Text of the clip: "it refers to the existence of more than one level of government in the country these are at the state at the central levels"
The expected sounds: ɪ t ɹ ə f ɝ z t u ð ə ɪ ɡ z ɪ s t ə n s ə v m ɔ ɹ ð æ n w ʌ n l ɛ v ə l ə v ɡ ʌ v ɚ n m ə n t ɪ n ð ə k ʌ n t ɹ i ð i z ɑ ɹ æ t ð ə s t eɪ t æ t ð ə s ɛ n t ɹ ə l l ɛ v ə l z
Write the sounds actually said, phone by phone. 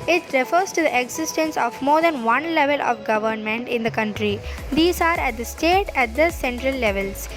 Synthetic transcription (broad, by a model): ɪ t ɹ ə f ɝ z t u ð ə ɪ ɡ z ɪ s t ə n s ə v m ɔ ɹ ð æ n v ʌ n l ɛ v ə l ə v ɡ ʌ v ɚ n m ə n t ɪ n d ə k ʌ n t ɹ i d i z ɑ ɹ æ t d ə s t eɪ t æ t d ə s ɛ n t ɹ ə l l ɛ v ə l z